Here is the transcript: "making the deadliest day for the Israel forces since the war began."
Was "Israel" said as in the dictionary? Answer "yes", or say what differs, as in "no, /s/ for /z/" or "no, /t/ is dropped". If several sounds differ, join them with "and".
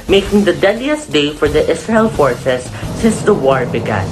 no, /s/ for /z/